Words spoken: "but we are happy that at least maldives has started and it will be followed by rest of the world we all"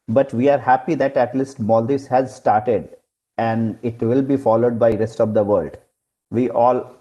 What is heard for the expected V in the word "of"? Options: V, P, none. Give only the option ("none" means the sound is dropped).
V